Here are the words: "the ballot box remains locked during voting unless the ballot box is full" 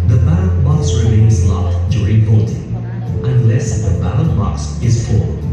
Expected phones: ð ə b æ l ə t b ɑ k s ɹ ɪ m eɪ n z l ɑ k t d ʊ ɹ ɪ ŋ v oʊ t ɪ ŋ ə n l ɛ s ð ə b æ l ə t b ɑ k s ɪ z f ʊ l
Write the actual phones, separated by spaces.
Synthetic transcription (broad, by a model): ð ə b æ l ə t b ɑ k s ɹ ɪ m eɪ n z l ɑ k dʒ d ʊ ɹ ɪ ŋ b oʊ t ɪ ə n l ɛ s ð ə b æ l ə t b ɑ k s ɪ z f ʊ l